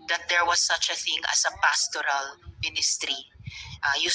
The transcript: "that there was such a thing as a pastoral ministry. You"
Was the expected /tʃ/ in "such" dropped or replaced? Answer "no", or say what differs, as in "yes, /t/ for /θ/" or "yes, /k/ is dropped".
no